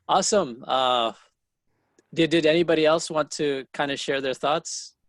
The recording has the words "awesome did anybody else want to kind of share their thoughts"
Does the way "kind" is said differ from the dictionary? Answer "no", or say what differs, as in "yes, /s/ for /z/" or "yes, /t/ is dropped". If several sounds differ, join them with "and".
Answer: no